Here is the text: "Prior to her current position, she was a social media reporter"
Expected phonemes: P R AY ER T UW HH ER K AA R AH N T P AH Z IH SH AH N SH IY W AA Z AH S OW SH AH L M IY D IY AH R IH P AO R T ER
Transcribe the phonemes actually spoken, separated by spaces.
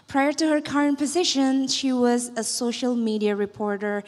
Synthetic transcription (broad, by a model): P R AY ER T UW HH ER K AA R AH N T P AH Z IH SH AH N SH IY W AA Z AH S OW SH AH L M IY D IY AH R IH P AO R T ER